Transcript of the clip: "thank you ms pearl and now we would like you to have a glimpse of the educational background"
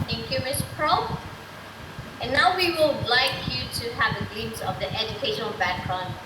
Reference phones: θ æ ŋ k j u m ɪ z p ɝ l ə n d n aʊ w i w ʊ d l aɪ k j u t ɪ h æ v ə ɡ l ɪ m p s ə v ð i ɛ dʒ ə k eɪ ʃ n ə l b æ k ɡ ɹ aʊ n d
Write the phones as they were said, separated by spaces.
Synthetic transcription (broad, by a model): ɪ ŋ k j u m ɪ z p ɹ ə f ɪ n aʊ w i w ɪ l l aɪ k j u t ɪ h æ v ə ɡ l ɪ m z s ə v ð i ɛ dʒ ə k eɪ ʃ n ə l b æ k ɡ ɹ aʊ n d